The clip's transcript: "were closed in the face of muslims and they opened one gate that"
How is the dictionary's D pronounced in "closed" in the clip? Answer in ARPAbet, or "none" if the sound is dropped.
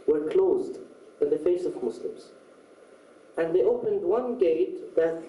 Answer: D